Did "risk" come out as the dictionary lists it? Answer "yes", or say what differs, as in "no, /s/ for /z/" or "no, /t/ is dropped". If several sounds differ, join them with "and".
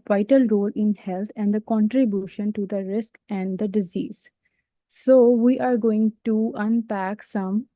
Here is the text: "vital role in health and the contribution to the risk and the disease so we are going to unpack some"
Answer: yes